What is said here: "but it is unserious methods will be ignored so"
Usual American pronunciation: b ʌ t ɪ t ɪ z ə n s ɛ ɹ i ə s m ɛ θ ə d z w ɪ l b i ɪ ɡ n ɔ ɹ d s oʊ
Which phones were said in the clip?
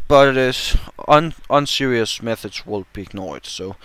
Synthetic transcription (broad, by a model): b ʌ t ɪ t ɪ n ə n s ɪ ɹ i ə s m ɛ θ ə d z w ɪ l b i ɪ ɡ n ɔ ɹ d s oʊ